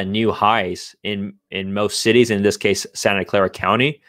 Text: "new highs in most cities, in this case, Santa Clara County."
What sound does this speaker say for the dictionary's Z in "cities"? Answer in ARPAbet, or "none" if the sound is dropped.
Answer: Z